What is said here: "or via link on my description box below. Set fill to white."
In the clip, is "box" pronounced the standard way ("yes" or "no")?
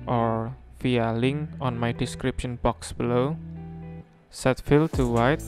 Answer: yes